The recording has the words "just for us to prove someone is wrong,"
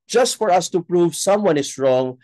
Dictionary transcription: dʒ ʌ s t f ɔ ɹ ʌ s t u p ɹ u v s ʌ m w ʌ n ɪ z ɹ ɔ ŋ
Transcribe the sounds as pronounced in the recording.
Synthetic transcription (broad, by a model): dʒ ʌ s t f ɔ ɹ ʌ s t u p ɹ u v s ʌ m w ʌ n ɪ s ɹ ɔ ŋ